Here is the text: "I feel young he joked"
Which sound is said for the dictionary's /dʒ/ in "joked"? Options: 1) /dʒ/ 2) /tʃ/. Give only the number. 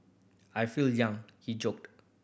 1